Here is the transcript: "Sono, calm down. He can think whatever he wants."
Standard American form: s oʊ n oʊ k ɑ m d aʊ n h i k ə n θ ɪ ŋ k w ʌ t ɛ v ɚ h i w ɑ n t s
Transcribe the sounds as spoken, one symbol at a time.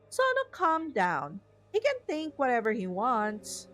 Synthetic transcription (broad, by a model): s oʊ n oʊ k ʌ m d aʊ n h i k ə n θ ɪ ŋ k w ʌ t ɛ v ɚ h i w ɑ n t s